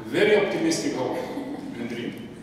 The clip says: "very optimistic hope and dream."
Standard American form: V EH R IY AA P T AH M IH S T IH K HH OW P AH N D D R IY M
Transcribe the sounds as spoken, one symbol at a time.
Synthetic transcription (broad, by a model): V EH R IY AA P T AH M IH S T IH K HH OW AH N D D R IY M